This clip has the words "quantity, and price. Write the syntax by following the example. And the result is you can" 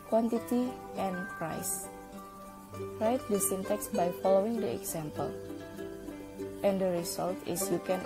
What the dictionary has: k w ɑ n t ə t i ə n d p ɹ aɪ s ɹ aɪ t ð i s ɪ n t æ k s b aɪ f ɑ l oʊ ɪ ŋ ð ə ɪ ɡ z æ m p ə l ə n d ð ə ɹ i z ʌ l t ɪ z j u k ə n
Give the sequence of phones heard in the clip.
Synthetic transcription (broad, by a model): k w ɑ n t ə t i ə n p ɹ aɪ s ɹ aɪ t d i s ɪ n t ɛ k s b aɪ f ɑ l oʊ ɪ ŋ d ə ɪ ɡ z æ m p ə l ə n d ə ɹ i s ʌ l t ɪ s j u k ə n